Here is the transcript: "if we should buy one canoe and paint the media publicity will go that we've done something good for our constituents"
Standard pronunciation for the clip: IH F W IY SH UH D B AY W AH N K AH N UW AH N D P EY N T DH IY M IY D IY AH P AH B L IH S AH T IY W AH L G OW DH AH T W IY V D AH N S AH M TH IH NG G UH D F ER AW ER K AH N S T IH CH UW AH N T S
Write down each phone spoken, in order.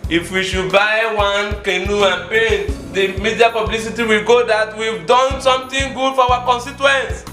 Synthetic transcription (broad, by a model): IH F W IY SH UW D B AY W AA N K AH N UW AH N P EY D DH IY M IY D IY AH P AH B L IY S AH T IY W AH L G OW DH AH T W IY V D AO N S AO M T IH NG G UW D F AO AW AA K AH N S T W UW N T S